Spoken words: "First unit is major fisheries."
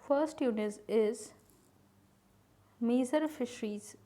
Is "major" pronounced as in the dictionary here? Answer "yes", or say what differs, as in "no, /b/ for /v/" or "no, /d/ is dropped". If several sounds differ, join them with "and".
no, /z/ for /dʒ/